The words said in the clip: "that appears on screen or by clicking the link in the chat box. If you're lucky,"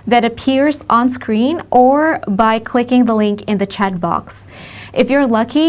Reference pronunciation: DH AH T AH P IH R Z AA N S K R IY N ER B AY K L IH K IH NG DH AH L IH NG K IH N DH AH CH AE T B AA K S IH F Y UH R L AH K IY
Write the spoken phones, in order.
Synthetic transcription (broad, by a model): DH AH T AH P IH R Z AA N S K R IY N ER B AY K L IH K IH NG DH AH L IH NG K IH N DH AH CH AE T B AA K S IH F Y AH R L AH K IY